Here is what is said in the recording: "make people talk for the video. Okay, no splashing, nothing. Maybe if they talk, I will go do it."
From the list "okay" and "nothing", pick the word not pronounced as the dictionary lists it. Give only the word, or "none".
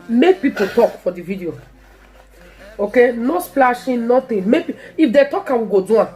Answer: nothing